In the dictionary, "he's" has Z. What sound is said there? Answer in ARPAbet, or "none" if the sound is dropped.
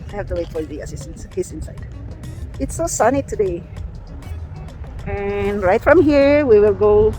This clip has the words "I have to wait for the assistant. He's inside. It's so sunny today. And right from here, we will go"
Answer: S